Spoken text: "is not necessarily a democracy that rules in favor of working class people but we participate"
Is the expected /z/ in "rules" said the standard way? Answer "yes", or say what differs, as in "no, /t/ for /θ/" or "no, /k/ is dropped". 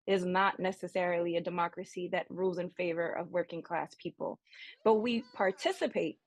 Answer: yes